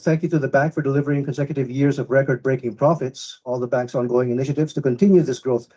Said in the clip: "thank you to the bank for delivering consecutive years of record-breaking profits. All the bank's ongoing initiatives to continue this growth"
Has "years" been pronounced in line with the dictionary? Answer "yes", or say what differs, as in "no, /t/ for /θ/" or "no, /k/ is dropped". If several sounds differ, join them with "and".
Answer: yes